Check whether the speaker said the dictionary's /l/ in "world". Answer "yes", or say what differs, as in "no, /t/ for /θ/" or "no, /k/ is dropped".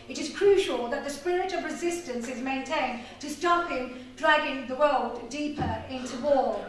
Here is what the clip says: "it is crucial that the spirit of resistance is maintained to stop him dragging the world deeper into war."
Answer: yes